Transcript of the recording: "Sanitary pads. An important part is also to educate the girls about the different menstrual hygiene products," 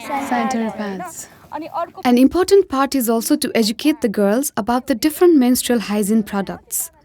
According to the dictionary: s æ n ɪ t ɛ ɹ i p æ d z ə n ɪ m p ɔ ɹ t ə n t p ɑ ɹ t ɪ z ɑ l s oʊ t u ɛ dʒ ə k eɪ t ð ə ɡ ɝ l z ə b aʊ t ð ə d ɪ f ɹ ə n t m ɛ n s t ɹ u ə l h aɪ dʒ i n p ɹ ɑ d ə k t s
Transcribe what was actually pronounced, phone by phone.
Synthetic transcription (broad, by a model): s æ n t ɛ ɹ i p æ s ə n ɪ m p ɔ ɹ t ə n t p ɑ ɹ t ɪ z ɑ l s oʊ t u ɛ dʒ ə k eɪ t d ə ɡ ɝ l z ə b aʊ t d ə d ɪ f ɹ ə n t m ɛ n s t ɹ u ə l h aɪ z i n p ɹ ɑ d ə k t s